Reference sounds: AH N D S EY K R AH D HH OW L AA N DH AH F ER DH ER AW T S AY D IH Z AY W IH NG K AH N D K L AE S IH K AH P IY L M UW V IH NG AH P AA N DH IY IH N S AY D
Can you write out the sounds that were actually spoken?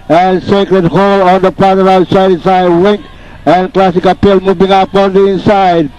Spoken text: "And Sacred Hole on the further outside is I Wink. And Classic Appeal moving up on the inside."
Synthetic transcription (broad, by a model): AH N S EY K R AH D HH OW L AA N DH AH P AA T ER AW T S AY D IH S AY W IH NG K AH N K L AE S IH K AH P IY L M UW V IH NG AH P AA N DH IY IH N S AY D